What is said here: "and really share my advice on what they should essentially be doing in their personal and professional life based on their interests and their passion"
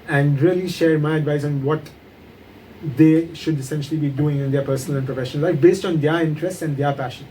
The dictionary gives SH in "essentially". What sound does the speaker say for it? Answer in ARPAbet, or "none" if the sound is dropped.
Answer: SH